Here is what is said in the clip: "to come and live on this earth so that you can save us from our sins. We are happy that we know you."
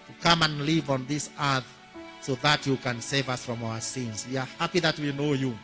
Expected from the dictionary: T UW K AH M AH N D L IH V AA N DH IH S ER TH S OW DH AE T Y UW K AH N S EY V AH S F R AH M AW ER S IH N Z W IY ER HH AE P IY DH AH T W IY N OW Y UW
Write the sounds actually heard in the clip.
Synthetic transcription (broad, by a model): T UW K AH M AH N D L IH V AA N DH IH S ER TH S OW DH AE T Y UW K AH N S EY V AH S F R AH M AW ER S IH N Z W IY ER HH AE P IY DH AH T W IY N OW Y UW